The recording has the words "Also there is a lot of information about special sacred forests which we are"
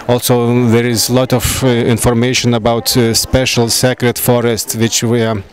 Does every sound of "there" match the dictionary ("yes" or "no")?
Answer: yes